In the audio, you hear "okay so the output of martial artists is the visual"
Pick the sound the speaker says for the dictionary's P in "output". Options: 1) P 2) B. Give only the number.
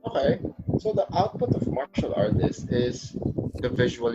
1